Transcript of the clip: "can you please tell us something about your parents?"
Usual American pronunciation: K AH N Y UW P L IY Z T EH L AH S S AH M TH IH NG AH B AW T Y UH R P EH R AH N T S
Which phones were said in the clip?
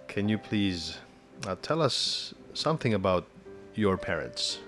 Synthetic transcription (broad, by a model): K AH N Y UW P L IY Z T EH L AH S S AH M TH IH NG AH B AW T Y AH R P EH R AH N T S